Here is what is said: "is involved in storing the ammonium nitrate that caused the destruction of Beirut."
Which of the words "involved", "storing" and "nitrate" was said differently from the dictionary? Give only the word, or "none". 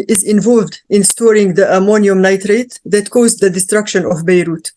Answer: none